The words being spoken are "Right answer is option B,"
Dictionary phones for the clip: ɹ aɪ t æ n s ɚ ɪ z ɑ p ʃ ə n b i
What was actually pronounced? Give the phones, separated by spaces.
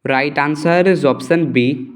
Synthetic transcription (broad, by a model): ɹ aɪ t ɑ n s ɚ ɪ z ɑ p s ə n b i